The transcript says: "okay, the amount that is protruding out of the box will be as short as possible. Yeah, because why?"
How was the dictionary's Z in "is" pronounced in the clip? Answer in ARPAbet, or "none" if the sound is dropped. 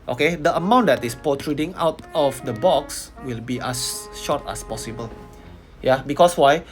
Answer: S